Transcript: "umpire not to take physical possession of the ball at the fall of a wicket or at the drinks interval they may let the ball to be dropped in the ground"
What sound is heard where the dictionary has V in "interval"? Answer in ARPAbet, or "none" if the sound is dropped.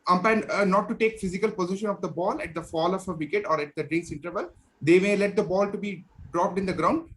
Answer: V